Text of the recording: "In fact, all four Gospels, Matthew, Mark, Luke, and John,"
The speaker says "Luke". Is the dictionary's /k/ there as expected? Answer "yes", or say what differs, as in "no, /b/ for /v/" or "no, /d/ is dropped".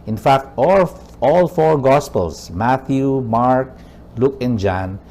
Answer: yes